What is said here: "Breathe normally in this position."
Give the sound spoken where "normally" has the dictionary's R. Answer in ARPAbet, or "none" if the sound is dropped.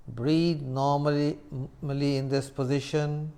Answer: L